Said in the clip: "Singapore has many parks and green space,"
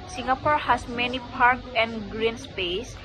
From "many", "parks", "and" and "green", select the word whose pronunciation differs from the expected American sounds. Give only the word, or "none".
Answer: parks